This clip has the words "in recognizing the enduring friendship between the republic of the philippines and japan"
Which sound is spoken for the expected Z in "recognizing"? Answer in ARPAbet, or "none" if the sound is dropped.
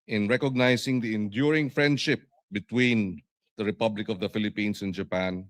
S